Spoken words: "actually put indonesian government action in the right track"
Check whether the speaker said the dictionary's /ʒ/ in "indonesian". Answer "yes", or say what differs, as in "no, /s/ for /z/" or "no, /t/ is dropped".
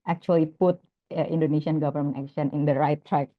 no, /s/ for /ʒ/